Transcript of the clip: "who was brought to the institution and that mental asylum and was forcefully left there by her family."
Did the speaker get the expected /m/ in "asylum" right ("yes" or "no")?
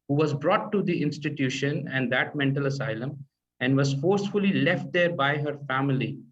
yes